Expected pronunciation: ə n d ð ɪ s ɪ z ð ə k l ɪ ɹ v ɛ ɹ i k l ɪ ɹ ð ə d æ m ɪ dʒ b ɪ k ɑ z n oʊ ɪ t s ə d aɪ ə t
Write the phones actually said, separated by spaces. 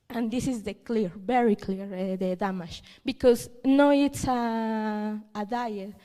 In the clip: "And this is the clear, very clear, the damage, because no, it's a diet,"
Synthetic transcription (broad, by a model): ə n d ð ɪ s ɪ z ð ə k l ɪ ɹ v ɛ ɹ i k l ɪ ɹ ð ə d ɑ m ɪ ʃ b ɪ k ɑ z n oʊ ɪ t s ə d aɪ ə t